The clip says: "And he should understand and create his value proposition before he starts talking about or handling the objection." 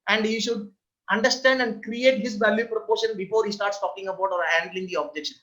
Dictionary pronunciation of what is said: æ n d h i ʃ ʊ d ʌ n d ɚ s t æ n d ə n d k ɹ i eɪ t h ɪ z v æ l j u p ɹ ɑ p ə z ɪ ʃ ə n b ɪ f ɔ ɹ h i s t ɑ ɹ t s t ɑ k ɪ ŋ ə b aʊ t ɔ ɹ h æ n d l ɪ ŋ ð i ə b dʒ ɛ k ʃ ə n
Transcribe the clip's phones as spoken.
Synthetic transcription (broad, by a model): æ n d h i ʃ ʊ d ʌ n d ɚ s t æ n d ə n d k ɹ i eɪ t h ɪ z v æ l j u p ɹ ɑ p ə ʃ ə n b ɪ f ɔ ɹ h i s t ɑ ɹ t s t ɑ k ɪ ŋ ə b aʊ t ɔ ɹ h æ n d l ɪ ŋ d i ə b dʒ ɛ k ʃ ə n